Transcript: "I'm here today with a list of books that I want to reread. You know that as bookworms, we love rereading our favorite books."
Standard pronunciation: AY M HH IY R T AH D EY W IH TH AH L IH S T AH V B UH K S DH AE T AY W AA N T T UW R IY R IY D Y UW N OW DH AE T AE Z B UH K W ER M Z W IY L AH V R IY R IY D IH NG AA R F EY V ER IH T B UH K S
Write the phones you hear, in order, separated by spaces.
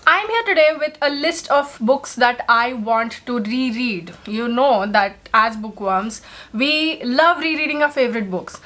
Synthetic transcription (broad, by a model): AY M HH IY R T AH D EY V IH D AH L IH S T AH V B UH K S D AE T AY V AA N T T UW R IY R IY D Y UW N OW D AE T AE Z B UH K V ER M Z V IY L AH V R IY R IY D IH NG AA F EY V ER IH T B UH K S